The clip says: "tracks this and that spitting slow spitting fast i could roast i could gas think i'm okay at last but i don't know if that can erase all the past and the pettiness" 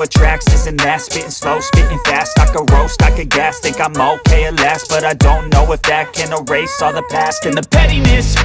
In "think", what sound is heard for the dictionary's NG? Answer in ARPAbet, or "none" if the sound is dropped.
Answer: none